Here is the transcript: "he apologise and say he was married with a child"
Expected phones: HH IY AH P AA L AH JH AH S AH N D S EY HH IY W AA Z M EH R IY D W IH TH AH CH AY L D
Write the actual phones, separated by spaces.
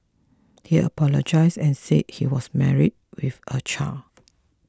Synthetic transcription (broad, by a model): HH IY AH P AA L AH JH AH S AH N S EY HH IY W AA S M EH R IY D W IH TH AH CH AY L